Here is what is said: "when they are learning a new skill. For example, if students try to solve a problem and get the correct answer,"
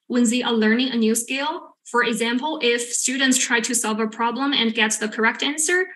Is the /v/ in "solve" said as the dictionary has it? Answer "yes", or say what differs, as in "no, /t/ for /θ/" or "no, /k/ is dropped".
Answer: yes